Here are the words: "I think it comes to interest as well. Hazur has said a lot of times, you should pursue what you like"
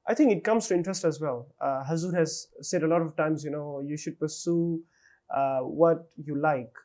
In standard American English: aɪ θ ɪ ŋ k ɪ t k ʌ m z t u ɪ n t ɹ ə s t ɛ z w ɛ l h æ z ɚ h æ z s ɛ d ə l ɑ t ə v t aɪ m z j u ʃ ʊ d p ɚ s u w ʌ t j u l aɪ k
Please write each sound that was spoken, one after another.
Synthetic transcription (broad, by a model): aɪ t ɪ ŋ k ɪ t k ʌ m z t u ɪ n t ɹ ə s t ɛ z w ɛ l h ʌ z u h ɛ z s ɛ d ə l ɑ t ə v t aɪ m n j u ʃ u d p ɚ s u w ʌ t j u l aɪ k